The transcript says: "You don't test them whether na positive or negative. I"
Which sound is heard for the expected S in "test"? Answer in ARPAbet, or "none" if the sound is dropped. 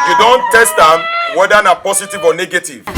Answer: S